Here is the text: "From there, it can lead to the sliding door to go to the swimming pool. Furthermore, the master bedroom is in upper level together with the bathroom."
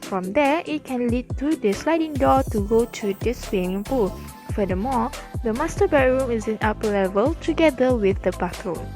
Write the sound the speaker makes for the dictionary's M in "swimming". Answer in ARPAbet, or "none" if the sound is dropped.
none